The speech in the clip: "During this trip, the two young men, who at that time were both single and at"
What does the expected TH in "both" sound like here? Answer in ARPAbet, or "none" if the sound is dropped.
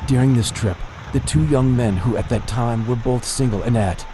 TH